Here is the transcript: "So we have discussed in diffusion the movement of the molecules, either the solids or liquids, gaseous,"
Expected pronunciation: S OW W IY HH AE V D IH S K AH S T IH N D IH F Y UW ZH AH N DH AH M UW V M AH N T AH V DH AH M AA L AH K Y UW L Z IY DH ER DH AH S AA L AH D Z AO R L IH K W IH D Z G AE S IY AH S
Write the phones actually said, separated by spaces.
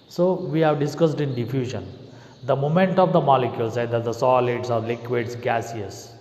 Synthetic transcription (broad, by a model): S OW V IY HH AE V D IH S K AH S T IH N D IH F Y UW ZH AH N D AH M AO M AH N T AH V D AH M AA L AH K Y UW L S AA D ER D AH S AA L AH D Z AO R L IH K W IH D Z G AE S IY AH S